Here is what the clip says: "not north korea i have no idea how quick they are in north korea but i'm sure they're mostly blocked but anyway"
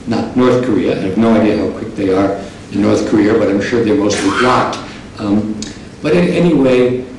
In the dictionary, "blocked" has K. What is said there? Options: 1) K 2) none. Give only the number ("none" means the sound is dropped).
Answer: 2